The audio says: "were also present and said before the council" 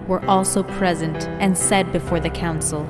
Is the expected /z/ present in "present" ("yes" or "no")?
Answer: yes